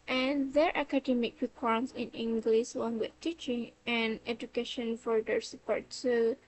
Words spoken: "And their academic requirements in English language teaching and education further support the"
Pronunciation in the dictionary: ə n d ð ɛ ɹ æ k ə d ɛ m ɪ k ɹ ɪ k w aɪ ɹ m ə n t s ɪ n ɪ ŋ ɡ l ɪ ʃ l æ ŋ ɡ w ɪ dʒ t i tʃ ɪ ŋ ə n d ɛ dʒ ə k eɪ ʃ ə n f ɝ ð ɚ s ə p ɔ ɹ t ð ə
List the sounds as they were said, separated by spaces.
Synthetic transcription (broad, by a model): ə n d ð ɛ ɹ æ k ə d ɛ m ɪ k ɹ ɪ k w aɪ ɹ ə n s ɪ n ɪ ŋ ɡ l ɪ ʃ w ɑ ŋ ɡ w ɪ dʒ t i tʃ ɪ ŋ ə n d ɛ dʒ ə k eɪ ʃ ə n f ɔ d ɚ s ə p ɔ ɹ t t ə